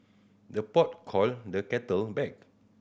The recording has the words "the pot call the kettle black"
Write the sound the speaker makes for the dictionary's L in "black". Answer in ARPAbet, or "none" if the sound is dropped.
none